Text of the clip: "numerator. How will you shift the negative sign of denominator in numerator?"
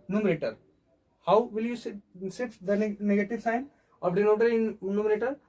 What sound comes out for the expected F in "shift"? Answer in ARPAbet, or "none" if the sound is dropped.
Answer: none